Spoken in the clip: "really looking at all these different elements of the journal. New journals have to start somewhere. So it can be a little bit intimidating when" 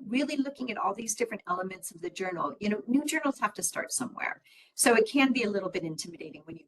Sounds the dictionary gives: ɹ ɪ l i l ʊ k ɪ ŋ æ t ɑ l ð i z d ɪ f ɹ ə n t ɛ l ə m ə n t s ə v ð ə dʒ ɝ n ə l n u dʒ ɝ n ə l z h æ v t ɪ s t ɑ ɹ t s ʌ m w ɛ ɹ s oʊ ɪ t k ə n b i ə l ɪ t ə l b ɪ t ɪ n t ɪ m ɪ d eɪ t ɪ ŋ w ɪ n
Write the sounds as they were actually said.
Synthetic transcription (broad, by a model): ɹ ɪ l i l ʊ k ɪ ŋ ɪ t ɑ l ð i z d ɪ f ɹ ə n t ɛ l ə m ə n t s ə v ð ə dʒ ɝ n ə n n u dʒ ɝ n l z h æ f t ɪ s t ɑ ɹ t s ʌ m w ɛ ɹ s oʊ ɪ t k ə n b i ə l ɪ t l b ɪ t ɪ n t ɪ m ɪ d eɪ t ɪ ŋ w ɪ n